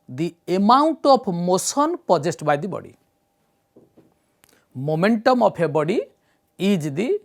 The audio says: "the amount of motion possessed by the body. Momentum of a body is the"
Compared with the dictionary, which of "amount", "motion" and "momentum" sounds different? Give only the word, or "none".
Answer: motion